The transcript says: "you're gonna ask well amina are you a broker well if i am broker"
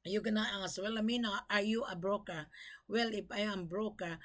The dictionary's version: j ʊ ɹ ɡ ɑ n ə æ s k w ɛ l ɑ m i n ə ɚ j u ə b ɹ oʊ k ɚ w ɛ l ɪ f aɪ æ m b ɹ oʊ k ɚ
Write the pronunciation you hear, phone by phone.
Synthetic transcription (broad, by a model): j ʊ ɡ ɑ n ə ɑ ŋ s w ɛ l ɑ m i n ə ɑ j u ə b ɹ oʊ k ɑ w ɛ l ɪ p aɪ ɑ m b ɹ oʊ k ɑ